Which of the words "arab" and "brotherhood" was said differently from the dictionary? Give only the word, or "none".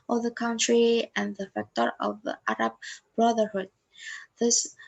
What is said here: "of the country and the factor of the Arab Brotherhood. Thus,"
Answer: none